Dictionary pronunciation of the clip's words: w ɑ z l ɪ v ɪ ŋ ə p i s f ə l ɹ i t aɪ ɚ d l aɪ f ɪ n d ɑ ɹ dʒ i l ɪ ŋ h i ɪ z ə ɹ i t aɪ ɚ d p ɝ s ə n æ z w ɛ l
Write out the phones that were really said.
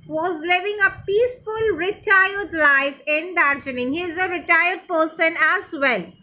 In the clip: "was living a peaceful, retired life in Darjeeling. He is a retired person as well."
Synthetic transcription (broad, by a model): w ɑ z l ɪ v ɪ ŋ ə p i s f ə l ɹ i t aɪ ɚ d l aɪ f ɪ n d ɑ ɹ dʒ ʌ n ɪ ŋ h i ɪ z ə ɹ i t aɪ ɚ d p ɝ s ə n æ z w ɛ l